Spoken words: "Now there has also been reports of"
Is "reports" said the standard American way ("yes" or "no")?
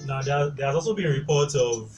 no